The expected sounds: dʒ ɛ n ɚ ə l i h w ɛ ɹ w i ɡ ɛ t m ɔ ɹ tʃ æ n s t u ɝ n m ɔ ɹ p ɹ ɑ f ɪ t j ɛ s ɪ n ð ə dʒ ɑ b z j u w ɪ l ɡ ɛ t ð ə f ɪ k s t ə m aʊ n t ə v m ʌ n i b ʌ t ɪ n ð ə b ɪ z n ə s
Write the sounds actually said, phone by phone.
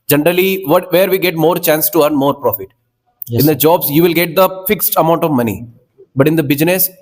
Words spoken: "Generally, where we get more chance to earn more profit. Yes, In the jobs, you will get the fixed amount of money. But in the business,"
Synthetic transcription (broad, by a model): dʒ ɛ n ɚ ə l i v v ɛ ɹ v i ɡ ɛ t m ɔ ɹ tʃ æ n s t u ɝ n m ɔ ɹ p ɹ ɑ f ɪ t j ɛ ɪ n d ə dʒ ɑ b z j u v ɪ l ɡ ɛ t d ə f ɪ k s t ə m aʊ n t ə v m ʌ n i b ʌ t ɪ n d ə b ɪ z n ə s